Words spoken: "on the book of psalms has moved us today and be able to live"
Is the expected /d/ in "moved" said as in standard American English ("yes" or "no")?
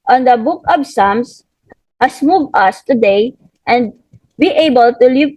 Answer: no